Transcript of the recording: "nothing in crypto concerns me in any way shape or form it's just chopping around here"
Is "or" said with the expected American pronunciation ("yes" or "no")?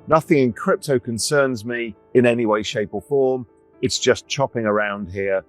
no